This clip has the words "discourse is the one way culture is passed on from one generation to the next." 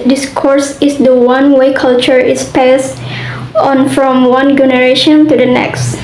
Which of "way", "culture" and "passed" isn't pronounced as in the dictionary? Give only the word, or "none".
passed